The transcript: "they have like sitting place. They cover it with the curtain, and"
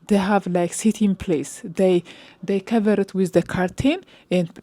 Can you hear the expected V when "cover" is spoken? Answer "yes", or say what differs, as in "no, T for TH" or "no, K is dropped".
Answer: yes